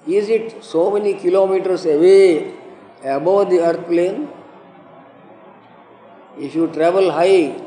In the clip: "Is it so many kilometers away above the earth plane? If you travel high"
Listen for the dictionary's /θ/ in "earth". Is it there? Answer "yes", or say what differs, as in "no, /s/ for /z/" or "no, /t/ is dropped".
no, /t/ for /θ/